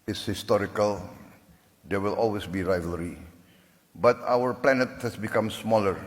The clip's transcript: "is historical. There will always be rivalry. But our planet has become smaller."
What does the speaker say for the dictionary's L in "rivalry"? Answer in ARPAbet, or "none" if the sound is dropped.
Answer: L